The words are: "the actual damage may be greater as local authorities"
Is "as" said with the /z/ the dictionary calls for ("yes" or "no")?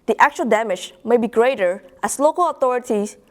no